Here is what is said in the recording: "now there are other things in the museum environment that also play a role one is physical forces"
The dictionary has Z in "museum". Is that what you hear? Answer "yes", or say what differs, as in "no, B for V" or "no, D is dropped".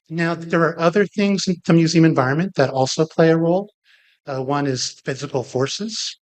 yes